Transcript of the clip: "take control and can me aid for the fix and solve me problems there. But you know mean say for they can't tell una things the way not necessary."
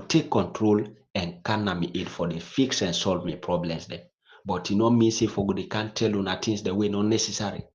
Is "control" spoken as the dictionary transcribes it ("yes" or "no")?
yes